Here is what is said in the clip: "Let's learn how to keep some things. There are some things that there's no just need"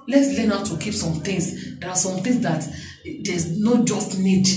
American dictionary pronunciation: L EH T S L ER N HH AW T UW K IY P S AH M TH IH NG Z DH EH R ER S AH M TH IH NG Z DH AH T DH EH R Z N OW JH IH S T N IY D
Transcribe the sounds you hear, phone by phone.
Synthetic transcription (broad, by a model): L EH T S L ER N AW T UW K IY P S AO M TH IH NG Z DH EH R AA S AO M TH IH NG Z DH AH T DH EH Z N OW JH IH S T N IY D